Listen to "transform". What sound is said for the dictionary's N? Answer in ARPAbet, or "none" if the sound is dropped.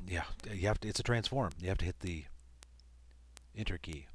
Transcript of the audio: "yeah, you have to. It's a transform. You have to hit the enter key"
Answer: N